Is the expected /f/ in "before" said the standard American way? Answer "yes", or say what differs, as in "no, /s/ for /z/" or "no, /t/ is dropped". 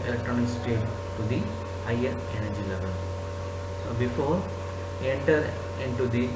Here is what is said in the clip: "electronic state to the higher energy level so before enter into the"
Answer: yes